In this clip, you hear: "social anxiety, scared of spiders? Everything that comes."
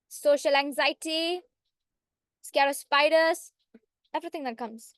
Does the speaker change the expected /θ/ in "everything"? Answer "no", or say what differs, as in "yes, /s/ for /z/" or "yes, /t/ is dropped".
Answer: yes, /t/ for /θ/